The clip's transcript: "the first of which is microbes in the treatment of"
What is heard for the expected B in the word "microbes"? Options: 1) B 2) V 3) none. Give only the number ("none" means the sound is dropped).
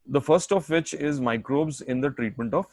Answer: 1